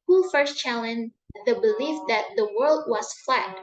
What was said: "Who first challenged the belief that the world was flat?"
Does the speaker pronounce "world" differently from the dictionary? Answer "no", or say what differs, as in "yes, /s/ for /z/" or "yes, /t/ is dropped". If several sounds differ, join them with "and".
no